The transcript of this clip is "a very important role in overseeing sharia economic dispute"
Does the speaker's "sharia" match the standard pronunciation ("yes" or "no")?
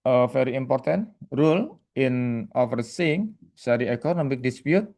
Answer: no